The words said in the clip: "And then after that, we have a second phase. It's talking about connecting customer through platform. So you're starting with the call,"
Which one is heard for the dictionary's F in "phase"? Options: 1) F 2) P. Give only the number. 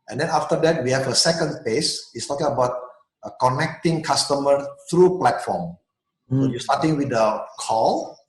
2